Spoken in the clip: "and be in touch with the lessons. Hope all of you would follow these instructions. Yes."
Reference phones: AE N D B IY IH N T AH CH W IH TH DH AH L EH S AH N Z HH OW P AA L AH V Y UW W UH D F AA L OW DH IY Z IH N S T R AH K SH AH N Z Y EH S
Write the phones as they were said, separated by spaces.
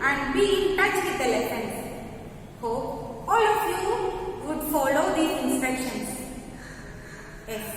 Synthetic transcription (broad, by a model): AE N D B IY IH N T AH CH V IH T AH L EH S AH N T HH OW AA L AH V Y UW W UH D F AA L OW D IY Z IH N S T R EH K SH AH N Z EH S